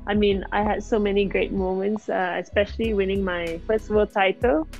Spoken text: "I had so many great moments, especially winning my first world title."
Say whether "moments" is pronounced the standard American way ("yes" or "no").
yes